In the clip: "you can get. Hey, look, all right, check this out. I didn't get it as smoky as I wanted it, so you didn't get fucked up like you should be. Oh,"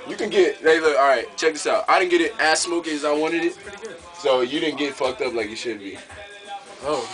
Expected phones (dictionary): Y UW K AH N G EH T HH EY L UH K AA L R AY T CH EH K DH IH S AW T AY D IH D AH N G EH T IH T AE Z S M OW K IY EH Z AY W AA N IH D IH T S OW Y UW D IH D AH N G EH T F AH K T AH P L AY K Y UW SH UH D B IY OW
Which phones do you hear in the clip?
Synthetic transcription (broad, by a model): Y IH K AH N G EH T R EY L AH AA L R AY T CH EH K DH IH S AW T AY D IH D N G EH T IH T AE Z S M OW K IY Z AY W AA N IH D IH T S OW Y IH D IH D N G EH T F AH K T AH P L AY K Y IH SH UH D B IY OW